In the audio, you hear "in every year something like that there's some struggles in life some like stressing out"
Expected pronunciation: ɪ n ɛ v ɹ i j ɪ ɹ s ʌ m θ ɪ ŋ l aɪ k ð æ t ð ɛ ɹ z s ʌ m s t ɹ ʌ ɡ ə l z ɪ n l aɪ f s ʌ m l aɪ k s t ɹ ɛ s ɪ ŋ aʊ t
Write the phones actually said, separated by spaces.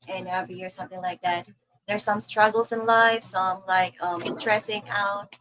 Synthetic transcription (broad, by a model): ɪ n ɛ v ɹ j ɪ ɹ s ʌ m θ ɪ ŋ l aɪ k ð æ t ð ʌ ɹ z s ʌ m s t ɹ ʌ ɡ l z ɪ n l aɪ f s ʌ m l aɪ k s t ɹ ɛ s ɪ ŋ aʊ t